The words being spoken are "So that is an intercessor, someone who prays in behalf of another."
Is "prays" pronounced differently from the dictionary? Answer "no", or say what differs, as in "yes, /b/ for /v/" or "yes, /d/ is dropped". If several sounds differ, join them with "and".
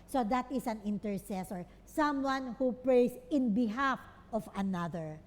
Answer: yes, /s/ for /z/